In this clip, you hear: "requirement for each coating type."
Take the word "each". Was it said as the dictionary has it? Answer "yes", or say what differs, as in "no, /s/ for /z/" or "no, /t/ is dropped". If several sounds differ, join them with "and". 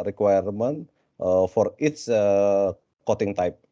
no, /s/ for /tʃ/